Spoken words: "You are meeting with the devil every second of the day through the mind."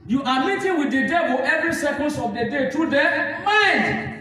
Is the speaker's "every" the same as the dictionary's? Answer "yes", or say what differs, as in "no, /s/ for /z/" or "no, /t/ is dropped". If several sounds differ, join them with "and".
yes